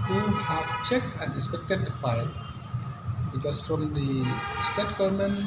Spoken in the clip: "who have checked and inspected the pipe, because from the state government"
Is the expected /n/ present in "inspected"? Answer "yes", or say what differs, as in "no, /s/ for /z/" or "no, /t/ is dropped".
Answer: no, /n/ is dropped